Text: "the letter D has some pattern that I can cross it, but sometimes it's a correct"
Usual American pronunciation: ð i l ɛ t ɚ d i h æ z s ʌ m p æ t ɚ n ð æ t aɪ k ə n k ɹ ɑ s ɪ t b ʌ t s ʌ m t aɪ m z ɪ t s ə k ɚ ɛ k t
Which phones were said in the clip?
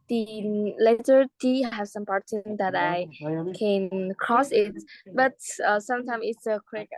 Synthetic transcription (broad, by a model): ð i l ɛ t ɚ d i h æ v s ʌ m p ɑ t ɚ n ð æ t aɪ k ə n k ɹ ɑ s ɪ t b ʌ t s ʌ m t aɪ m ɪ t s ə k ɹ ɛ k